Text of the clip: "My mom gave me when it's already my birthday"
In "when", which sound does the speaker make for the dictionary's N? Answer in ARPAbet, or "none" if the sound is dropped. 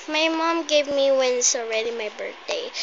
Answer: N